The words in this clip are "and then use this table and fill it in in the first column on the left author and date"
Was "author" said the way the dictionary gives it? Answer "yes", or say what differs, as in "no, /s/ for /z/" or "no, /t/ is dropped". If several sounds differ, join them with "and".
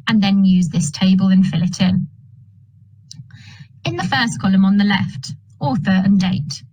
yes